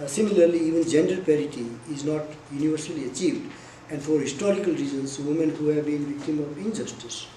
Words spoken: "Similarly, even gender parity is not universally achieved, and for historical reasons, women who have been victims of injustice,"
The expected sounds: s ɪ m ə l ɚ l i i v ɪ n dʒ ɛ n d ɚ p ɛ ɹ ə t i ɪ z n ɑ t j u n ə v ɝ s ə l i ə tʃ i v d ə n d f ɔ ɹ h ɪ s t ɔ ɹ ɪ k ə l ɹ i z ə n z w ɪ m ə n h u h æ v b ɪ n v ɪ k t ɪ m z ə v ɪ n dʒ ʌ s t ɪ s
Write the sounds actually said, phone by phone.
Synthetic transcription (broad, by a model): s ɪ m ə l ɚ l i i v ɪ n dʒ ɛ n d ɚ p ɛ ɹ ə t i ɪ z n ɑ t j u n ə v ɝ s ə l i ə tʃ i v d ə n d f ɔ ɹ h ɪ s t ɔ ɹ ɪ k ə l ɹ i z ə n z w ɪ m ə n h u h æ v b ɪ n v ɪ k t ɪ m ə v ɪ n dʒ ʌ s t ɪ s